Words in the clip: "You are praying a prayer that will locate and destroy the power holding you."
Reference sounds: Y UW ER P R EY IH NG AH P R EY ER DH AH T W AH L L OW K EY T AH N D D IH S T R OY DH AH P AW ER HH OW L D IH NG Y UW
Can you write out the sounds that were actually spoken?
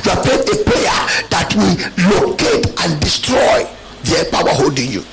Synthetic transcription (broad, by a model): Y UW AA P EY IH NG AH P EY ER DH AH T W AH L L OW K EY T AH N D D IH S T R OY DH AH P AW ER HH OW L D IH NG Y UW